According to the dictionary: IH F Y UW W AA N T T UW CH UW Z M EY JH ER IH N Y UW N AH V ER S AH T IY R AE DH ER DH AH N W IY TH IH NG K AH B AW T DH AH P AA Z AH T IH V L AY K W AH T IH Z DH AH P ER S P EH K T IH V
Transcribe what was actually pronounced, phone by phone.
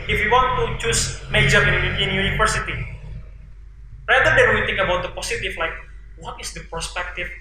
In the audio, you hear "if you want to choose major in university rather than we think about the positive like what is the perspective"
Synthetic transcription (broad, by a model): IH F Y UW W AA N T T UW CH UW S M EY JH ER IH N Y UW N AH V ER S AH T IY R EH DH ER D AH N W IY T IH NG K AH B AW T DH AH P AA S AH T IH F L AY K W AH T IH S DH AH P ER S P EH K T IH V